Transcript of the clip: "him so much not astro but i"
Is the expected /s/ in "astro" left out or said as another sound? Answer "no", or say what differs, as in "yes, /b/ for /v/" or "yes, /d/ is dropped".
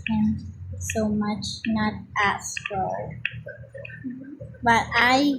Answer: yes, /s/ is dropped